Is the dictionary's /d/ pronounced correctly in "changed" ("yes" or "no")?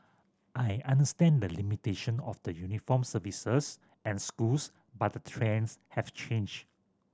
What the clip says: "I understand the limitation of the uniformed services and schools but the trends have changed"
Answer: no